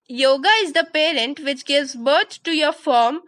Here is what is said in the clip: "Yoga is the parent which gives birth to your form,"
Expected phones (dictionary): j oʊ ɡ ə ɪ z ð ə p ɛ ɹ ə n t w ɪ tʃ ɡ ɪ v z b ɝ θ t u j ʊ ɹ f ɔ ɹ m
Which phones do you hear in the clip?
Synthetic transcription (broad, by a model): j oʊ ɡ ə ɪ z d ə p ɛ ɹ ə n t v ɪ tʃ ɡ ɪ v z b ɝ t t u j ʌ ɹ f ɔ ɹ m